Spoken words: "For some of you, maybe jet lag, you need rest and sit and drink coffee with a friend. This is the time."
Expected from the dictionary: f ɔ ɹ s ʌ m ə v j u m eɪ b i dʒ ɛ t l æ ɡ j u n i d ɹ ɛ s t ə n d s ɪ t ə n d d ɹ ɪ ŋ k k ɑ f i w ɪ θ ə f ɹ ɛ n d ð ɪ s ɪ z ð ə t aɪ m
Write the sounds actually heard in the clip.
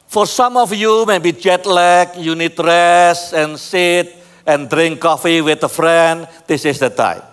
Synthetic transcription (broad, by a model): f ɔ ɹ s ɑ m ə f j u m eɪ b i dʒ ɛ t l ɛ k j u n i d ɹ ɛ s ə n s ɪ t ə n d d ɹ ɪ ŋ k k ɑ f i w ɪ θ ə f ɹ ɛ n d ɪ s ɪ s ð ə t aɪ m